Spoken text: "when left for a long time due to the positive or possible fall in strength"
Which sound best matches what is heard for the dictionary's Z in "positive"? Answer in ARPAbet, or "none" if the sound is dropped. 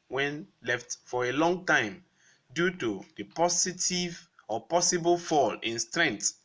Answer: S